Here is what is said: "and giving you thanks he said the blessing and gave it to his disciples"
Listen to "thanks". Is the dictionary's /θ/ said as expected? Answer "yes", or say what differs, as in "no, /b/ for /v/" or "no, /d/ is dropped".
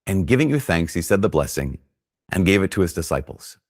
yes